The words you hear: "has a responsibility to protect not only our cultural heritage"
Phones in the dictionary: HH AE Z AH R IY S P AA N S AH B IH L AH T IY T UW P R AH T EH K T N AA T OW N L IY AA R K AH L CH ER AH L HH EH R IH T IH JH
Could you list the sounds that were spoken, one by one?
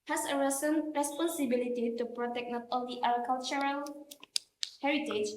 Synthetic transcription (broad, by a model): HH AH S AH R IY S P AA N S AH B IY L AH T IY T UW P R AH T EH K N AA T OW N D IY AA L K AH L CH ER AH L HH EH R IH T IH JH